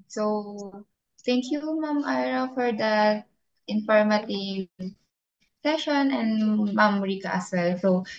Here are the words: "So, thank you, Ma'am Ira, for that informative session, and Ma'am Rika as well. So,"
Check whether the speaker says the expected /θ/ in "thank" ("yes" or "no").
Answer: no